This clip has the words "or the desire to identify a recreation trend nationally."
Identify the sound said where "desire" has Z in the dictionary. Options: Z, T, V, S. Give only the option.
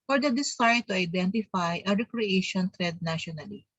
S